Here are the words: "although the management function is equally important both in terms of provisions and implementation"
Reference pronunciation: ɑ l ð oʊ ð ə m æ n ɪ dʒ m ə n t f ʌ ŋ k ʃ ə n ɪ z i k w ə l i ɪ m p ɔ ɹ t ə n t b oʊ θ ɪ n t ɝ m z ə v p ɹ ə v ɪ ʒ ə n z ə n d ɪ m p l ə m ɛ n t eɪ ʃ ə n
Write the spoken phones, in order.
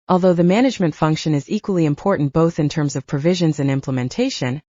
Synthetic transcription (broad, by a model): ɑ l ð oʊ ð ə m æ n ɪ dʒ m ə n t f ʌ ŋ k ʃ ə n ɪ z i k w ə l i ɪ m p ɔ ɹ t n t b oʊ θ ɪ n t ɝ m z ə v p ɹ ə v ɪ ʒ ə n z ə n ɪ m p l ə m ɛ n t eɪ ʃ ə n